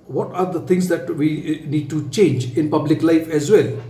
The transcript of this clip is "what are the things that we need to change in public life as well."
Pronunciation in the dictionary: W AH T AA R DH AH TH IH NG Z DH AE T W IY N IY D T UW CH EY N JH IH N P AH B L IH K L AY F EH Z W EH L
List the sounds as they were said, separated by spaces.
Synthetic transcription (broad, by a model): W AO T AA R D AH T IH NG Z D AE T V IY N IY D T UW CH EY N JH IH N P AH B L IH K L AY F EH Z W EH L